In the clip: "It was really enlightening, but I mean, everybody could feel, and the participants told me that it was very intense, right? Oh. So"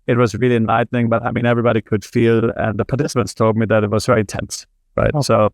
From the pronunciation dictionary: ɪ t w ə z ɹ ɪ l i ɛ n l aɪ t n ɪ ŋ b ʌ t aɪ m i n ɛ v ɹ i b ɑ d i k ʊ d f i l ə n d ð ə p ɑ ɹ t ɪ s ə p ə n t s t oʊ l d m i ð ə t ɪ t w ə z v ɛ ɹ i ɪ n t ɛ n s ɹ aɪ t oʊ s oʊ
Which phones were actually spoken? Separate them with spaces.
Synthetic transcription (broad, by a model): ɪ t w ə z ɹ ɪ l i ɛ n l aɪ t n ɪ ŋ b ʌ t aɪ m i n ɛ v ɹ i b ɑ d i k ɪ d f i l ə n ð ə p ɑ ɹ t ɪ s ə p ə n t s t oʊ l d m i ð ə t ɪ t w ə z v ɛ ɹ i ɪ n t ɛ n s ɹ aɪ t s oʊ